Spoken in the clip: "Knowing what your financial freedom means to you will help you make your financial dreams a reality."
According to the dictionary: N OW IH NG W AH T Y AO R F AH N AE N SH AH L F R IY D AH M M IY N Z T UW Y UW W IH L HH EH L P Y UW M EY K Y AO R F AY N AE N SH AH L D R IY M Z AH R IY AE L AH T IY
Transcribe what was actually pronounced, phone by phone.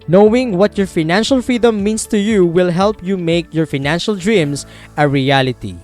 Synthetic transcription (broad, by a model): N OW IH NG W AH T Y AO R F AH N AE N SH AH L F R IY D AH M M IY N S T UW Y UW W IH L HH EH L P Y UW M EY K Y AO R F AY N AE N SH AH L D R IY M S AH R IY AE L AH T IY